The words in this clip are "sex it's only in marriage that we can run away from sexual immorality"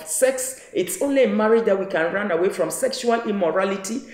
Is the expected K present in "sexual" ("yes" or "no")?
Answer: yes